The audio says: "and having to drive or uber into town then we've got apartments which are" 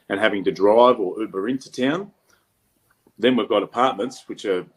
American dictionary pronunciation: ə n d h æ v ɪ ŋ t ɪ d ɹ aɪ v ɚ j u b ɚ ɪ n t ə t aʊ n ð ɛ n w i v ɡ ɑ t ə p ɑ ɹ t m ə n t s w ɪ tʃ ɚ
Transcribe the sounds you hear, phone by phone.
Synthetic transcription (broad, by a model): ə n h æ v ɪ ŋ t ɪ d ɹ aɪ v ɚ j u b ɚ ɪ n t ə t aʊ n ð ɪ n w i v ɡ ɑ t ə p ɑ ɹ t m ə n t s w ɪ tʃ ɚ